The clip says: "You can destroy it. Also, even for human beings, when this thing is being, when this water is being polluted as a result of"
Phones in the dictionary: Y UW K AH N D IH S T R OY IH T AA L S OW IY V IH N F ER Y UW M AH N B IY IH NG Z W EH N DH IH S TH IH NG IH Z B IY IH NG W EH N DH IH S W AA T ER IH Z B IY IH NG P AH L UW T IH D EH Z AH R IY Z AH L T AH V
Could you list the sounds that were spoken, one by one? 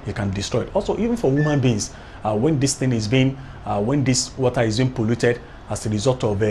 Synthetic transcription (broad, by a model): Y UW K AH N D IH S T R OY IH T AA L S OW IY V IH N F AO Y UW M AH N B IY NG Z W EH N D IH S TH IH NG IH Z B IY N W EH N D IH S W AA T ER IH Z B IY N P AH L UW T IH D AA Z AH R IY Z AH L T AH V